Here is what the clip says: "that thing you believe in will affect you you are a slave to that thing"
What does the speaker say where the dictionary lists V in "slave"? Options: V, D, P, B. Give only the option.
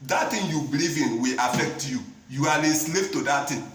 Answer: P